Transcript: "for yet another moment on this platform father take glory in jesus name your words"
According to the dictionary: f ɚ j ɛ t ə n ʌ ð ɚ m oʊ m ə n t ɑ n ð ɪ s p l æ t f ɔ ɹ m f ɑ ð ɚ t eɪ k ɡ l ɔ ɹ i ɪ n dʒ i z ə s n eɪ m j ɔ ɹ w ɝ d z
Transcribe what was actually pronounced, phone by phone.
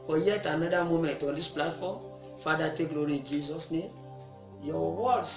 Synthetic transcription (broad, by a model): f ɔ j ɛ t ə n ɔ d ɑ m oʊ m ə n t ɑ n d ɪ s p l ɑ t f ɔ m f ɑ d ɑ t eɪ k ɡ l ɔ ɹ i ɪ n dʒ i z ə s n eɪ m j ɔ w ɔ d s